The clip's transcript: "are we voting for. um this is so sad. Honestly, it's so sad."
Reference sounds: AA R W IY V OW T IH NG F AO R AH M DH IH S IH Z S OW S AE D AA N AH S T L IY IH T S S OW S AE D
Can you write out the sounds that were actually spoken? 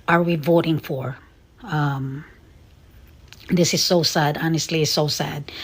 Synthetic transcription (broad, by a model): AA R W IY V OW T IH NG F AO R AH M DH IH S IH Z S OW S AE D AA N AH S T L IY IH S S OW S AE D